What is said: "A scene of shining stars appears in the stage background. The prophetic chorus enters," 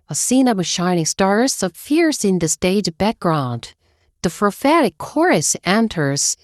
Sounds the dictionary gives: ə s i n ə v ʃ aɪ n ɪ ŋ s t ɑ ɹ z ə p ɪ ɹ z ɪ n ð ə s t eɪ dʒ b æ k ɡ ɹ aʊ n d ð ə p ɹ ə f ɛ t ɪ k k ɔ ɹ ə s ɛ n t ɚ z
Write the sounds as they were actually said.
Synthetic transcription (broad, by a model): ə s i n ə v ʃ aɪ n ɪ ŋ s t ɑ ɹ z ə f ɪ ɹ s ɪ n ð ə s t eɪ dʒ b æ k ɡ ɹ aʊ n d ð ə f ɹ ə f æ t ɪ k k ɔ ɹ ə s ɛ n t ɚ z